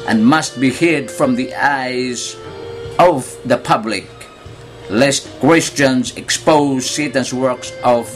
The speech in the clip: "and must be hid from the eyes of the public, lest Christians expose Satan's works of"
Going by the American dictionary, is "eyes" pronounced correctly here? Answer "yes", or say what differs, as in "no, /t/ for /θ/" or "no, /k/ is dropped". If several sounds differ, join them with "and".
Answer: yes